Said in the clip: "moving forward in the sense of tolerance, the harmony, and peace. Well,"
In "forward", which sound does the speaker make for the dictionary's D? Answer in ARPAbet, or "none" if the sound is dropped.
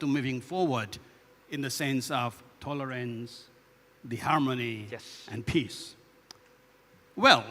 D